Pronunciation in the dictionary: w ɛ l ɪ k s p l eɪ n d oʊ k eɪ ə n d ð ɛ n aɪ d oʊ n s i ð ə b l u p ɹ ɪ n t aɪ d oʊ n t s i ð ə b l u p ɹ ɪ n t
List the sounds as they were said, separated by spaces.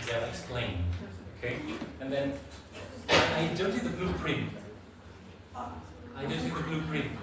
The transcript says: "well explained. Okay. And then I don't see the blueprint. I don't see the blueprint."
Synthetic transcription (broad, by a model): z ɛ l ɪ k s p l eɪ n oʊ k eɪ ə n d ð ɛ n aɪ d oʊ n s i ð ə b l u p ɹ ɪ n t aɪ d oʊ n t s i ð ə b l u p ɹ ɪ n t